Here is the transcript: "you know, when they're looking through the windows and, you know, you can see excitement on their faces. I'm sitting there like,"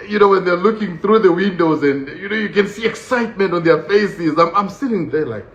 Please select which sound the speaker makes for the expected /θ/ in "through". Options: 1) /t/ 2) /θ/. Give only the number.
2